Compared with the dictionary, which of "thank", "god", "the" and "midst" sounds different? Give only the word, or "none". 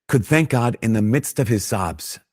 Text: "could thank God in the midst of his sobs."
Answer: none